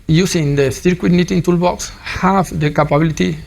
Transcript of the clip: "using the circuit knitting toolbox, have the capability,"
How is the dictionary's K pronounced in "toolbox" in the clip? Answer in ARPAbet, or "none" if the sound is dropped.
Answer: K